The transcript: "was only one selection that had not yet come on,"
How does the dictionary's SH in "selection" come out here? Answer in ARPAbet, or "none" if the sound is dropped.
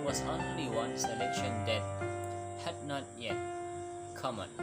SH